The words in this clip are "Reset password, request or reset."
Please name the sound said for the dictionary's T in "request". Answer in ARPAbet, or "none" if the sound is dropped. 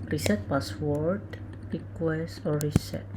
none